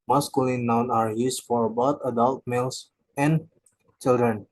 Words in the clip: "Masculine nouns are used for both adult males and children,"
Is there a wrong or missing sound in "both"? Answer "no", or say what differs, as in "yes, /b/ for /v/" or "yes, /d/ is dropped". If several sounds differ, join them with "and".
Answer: yes, /t/ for /θ/